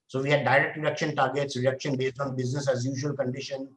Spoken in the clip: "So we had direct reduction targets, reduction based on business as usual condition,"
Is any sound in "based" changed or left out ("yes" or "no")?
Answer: no